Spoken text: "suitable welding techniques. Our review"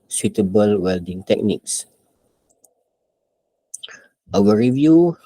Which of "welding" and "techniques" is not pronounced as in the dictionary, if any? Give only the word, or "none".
none